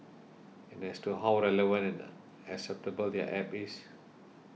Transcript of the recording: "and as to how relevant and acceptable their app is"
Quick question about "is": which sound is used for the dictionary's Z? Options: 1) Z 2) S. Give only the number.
2